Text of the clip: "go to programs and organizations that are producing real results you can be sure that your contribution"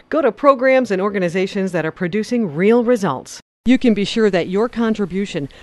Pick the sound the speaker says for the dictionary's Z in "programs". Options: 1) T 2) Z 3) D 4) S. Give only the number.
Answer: 2